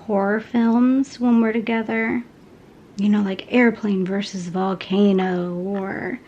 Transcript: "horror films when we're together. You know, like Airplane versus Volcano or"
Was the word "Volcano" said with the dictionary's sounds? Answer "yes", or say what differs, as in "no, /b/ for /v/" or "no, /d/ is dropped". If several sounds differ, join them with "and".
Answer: yes